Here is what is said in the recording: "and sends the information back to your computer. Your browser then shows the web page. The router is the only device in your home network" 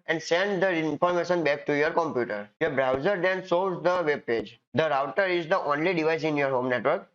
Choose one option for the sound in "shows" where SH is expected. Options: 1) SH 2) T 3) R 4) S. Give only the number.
4